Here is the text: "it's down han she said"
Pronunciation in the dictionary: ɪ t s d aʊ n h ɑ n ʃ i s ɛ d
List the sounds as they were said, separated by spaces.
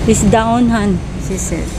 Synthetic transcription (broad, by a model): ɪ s d aʊ n h ɑ n s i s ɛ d